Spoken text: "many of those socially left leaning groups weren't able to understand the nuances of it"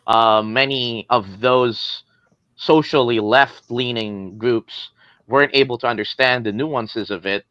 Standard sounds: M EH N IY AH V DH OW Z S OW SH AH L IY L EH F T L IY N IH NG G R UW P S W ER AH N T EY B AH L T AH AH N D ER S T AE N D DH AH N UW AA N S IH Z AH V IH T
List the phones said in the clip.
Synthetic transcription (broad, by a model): M EH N IY AH V DH OW Z S OW SH L IY L EH F T L IY N IH NG G R UW P S W ER AH N T EY B L T AH AH N D ER S T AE N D DH AH N UW AA N S IH Z AH V IH T